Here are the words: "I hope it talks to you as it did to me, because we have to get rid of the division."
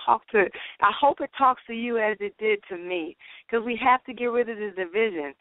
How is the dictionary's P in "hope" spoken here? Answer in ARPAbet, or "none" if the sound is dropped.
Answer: P